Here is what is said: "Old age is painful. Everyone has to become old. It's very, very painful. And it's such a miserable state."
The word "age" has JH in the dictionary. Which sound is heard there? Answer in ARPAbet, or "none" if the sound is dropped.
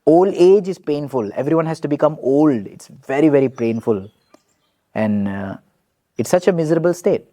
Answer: JH